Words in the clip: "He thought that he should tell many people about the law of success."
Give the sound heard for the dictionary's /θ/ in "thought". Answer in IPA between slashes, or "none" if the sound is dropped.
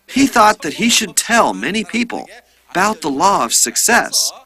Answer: /θ/